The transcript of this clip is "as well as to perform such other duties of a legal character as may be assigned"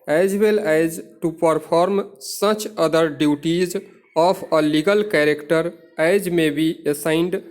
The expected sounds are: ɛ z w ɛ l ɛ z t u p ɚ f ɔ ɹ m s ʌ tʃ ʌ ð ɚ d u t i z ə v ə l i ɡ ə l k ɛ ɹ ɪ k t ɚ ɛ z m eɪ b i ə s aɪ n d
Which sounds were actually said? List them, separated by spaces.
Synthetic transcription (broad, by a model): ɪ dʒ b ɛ l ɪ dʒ t u p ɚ p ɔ ɹ m s ʌ tʃ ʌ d ɚ d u t i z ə p ə l i ɡ ə l k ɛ ɹ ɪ k t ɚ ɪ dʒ m eɪ b i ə s aɪ n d